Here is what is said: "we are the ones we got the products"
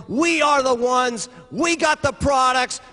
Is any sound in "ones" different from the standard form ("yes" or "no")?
no